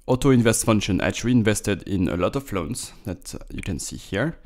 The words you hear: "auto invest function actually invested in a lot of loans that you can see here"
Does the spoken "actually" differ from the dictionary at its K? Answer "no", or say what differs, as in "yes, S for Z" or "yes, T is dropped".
yes, K is dropped